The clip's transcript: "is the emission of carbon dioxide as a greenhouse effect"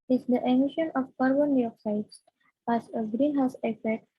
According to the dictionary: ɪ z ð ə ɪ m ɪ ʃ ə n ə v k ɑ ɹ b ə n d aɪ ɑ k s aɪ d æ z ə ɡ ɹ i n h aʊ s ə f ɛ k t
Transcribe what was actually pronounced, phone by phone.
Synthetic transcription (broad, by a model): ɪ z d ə ɪ m ɪ ʃ ə n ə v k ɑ ɹ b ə n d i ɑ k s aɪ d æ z ə ɡ ɹ i n h aʊ s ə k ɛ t